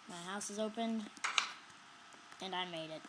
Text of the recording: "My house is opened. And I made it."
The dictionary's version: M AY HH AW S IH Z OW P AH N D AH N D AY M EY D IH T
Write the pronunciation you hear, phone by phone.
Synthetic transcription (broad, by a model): M AY HH AW S IH Z OW P AH N D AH N AY M EY D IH T